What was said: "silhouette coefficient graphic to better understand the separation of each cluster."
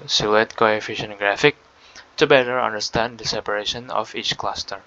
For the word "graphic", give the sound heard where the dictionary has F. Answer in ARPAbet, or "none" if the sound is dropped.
F